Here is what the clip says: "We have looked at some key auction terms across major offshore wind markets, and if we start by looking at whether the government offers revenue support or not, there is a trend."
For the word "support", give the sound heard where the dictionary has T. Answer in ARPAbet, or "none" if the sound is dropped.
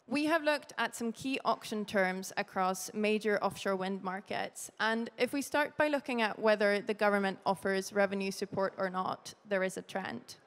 T